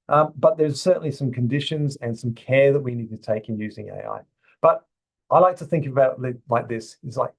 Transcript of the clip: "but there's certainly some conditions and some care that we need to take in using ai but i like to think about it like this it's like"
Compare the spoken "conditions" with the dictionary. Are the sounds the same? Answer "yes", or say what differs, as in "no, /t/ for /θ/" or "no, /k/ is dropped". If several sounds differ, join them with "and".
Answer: yes